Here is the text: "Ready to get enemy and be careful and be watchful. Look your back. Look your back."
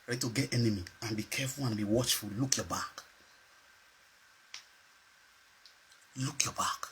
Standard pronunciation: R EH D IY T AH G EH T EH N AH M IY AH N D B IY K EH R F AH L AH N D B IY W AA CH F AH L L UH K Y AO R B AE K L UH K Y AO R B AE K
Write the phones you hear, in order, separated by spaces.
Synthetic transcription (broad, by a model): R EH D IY T AH G EH T EH N AH M IY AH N B IY K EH F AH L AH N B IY W AA CH F AH L L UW K Y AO B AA K L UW K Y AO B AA K